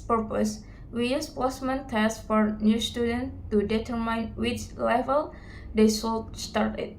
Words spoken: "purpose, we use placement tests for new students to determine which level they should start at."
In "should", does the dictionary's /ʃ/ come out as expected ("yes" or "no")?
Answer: no